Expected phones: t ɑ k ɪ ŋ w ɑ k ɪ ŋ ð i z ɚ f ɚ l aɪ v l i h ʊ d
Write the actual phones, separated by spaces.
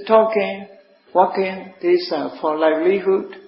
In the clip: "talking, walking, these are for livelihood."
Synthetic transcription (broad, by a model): t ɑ k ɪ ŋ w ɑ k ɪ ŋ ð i s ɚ f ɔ l aɪ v l i h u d